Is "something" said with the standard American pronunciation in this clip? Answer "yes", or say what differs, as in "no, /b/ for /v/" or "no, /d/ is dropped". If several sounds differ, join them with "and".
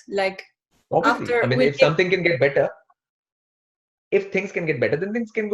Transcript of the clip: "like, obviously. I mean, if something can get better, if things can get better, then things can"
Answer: no, /t/ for /θ/